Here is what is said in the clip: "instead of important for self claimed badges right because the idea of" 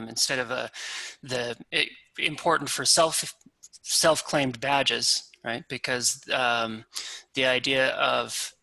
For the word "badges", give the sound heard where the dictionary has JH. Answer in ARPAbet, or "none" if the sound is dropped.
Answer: JH